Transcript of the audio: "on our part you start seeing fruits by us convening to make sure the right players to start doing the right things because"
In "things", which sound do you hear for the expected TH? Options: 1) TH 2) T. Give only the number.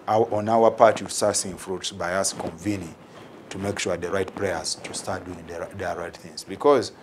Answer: 1